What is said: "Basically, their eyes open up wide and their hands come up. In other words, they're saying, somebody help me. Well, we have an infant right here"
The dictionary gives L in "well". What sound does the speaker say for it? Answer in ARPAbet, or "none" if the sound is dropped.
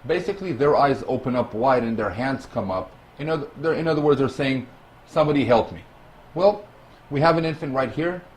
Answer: L